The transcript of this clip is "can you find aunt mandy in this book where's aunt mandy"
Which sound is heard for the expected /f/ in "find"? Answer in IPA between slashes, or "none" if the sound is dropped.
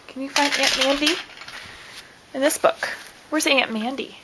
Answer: /f/